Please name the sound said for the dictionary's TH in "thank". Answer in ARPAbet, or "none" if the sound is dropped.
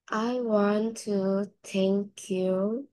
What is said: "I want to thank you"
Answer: T